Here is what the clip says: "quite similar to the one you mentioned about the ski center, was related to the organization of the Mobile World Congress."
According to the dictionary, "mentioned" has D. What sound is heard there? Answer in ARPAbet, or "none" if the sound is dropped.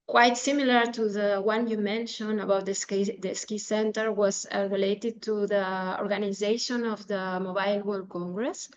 none